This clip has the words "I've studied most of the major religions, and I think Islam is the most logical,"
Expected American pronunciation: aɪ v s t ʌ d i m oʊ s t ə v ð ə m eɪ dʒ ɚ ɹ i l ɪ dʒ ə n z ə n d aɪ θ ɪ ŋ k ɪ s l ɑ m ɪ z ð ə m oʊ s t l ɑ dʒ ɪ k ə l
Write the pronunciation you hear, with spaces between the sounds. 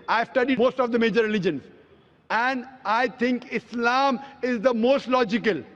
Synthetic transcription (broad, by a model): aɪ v s t ʌ d i m oʊ s t ə v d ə m eɪ dʒ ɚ ɹ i l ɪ dʒ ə n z ə n d aɪ t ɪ ŋ k ɪ s l ɑ m ɪ z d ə m oʊ s t l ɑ dʒ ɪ k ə l